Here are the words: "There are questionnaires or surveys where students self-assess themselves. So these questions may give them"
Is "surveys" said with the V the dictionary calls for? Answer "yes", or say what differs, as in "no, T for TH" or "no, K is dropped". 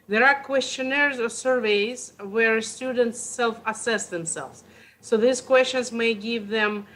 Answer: yes